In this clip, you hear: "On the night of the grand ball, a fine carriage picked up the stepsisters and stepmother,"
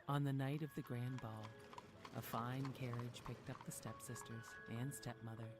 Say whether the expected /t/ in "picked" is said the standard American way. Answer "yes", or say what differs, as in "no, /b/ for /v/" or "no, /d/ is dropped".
yes